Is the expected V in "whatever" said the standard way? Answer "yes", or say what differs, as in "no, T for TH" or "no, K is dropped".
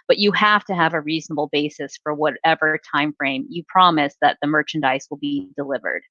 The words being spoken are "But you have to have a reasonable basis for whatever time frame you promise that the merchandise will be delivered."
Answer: yes